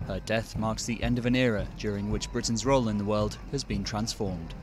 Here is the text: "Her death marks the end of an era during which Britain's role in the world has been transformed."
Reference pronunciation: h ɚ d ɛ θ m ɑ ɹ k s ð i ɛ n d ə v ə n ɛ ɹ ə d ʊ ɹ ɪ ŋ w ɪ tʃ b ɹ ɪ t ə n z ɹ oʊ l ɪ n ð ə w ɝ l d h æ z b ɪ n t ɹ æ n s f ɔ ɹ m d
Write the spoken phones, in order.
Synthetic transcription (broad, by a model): h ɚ d ɛ θ m ɑ ɹ k s ð i ɛ n d ə v ə n ɛ ɹ ə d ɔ ɹ ɪ ŋ w ɪ tʃ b ɹ ɪ t n z ɹ oʊ l ɪ n ð ə w ɝ l d h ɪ z b ɪ n t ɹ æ n s f ɔ ɹ m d